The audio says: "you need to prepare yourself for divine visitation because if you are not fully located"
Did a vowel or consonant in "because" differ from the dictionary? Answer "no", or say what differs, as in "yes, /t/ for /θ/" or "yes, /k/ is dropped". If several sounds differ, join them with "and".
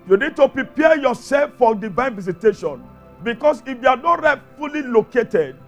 yes, /s/ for /z/